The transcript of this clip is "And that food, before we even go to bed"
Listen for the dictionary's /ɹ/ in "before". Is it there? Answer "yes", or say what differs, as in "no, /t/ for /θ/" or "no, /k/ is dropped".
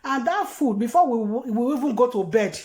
no, /w/ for /ɹ/